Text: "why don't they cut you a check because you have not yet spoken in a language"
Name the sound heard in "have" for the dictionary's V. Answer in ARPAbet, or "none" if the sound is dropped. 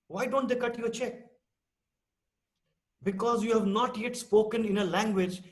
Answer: V